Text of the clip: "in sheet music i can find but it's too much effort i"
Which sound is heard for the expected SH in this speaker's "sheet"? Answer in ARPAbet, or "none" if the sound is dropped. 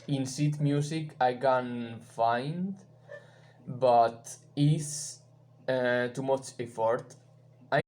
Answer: S